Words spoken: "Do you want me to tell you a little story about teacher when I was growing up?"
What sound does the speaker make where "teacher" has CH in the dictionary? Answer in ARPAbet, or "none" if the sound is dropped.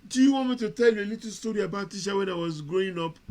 SH